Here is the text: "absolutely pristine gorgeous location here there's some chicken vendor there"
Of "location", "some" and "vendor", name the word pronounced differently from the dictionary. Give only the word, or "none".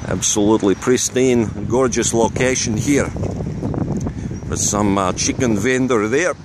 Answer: none